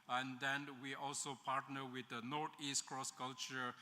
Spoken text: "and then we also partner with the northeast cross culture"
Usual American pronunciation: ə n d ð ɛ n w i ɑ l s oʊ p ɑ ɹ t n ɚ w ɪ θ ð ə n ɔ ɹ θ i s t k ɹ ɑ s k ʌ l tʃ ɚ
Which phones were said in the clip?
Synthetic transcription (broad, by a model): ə n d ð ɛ n w i ɑ l s oʊ p ɑ ɹ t n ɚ w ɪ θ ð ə n ɔ ɹ t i s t k ɹ ɑ s k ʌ l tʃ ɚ